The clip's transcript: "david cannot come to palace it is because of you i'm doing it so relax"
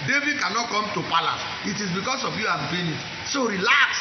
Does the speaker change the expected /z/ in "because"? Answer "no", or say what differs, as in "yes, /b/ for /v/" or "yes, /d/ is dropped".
yes, /s/ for /z/